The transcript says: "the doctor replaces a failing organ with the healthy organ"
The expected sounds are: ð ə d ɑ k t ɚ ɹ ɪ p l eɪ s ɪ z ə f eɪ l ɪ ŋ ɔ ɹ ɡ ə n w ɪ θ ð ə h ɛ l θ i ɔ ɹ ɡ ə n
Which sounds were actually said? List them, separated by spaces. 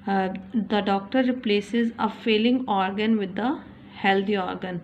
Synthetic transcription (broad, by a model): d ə d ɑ k t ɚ ɹ ɪ p l eɪ s ɪ z ə f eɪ l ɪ ŋ ɔ ɹ ɡ ə n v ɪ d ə h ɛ l t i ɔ ɹ ɡ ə n